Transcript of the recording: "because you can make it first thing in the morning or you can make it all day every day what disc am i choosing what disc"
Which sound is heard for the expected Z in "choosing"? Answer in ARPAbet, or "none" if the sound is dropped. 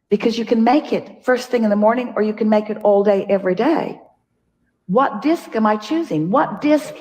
Z